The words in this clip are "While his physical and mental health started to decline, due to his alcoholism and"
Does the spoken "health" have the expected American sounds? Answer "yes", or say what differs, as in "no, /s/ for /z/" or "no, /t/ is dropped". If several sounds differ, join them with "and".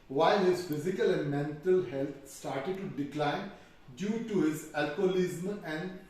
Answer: no, /t/ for /θ/